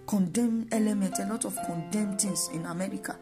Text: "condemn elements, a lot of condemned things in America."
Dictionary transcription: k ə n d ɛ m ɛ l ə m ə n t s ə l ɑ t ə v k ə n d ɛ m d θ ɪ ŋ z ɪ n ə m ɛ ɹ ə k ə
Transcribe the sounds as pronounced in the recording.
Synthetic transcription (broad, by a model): k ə n d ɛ m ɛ l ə m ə n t ə l ɑ t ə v k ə n d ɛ m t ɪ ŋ s ɪ n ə m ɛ ɹ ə k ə